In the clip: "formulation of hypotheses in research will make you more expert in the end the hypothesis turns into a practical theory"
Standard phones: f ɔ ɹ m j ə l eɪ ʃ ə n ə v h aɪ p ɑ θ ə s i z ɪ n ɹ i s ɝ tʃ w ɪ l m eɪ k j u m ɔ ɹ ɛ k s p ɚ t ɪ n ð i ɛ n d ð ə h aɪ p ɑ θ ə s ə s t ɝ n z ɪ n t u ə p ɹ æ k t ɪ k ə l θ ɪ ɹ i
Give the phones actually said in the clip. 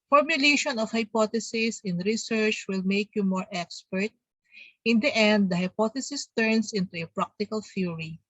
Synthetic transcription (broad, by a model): f ɔ ɹ m j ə l eɪ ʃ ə n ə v h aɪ p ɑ t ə s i s ɪ n ɹ i s ɝ tʃ w ɪ l m eɪ k j u m ɔ ɹ ɛ k s p ɚ t ɪ n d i ɛ n d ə h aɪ p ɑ t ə s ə s t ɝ n s ɪ n t u ə p ɹ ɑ k t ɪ k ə l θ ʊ ɹ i